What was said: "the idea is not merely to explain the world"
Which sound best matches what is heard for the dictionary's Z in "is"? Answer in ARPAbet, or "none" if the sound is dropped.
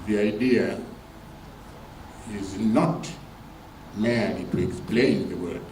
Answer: Z